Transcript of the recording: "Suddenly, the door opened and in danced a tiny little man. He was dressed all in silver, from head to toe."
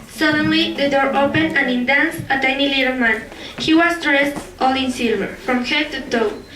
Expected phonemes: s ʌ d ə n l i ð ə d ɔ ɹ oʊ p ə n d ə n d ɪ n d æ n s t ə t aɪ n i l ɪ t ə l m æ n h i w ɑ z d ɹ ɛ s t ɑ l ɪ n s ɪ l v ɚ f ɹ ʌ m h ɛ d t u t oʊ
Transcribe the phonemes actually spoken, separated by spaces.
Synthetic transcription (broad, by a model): s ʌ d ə n l i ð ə d ɔ ɹ oʊ p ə n ə n ɪ n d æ n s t ə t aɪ n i l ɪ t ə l m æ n h i w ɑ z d ɹ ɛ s t ɑ l ɪ n s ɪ l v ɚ f ɹ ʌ m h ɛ t u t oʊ